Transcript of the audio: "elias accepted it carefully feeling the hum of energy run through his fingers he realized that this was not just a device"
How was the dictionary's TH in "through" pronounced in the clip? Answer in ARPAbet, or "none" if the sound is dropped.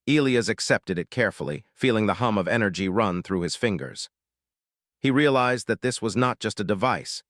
TH